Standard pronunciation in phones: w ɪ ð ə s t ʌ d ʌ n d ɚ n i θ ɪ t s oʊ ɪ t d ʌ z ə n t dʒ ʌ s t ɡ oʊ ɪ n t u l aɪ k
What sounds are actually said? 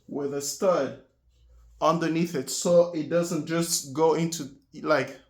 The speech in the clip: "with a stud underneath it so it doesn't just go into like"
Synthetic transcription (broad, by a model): w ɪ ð ə s t ʌ d ʌ n d ɚ n i θ ɪ t s oʊ ɪ t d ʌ z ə n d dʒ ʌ s t ɡ oʊ ɪ n t u l aɪ k